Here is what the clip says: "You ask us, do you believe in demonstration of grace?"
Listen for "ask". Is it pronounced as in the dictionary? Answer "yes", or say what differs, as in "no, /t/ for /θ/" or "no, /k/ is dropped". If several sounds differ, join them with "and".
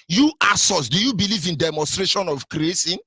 no, /k/ is dropped